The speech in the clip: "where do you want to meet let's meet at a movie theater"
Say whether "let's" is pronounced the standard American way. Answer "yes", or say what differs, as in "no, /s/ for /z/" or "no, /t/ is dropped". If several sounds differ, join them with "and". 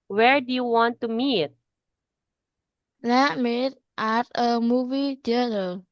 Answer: no, /s/ is dropped